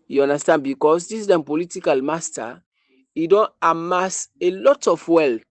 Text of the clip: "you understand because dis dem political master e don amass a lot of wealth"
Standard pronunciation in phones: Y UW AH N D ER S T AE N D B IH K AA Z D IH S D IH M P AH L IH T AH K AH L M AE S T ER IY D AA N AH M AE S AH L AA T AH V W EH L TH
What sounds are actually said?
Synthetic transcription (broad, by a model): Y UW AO N D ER S T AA N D B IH K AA S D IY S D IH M P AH L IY T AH K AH L M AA S T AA IY D AA N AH M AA S AH L AA T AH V W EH L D